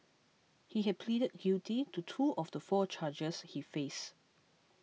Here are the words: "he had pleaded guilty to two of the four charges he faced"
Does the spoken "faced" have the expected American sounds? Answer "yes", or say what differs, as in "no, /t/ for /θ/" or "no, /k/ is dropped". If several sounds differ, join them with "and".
no, /t/ is dropped